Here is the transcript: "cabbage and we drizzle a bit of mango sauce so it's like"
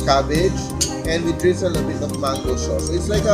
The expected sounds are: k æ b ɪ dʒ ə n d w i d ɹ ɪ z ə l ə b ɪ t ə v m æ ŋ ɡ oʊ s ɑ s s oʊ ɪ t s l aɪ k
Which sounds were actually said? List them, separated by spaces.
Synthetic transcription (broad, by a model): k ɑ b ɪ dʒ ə n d w i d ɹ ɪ s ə n ə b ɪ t ə v m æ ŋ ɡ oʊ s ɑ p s ɪ t s l aɪ k